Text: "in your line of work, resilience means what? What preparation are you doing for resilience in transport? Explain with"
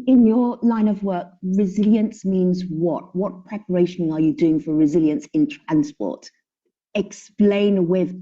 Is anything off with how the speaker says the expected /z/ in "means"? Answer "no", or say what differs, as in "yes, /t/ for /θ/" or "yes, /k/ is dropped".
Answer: no